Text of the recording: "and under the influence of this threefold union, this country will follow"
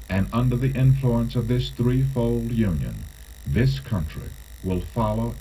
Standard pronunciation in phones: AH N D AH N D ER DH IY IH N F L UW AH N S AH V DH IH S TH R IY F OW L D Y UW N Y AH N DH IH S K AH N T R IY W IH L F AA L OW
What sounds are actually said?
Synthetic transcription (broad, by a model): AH N AH N D ER DH IY IH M F L UW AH N S AH V DH IH S TH R IY F OW L D Y UW N Y AH N DH IH S K AH N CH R IY W IH L F AA L OW